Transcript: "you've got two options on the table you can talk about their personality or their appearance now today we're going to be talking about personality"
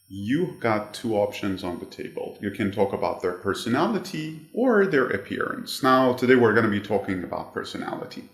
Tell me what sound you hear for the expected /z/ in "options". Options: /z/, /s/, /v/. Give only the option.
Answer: /z/